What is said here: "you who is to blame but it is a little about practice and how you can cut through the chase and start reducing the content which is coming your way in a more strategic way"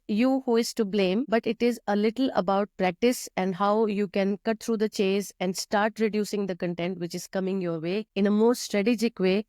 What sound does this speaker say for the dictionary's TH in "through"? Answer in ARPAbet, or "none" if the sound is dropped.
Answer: T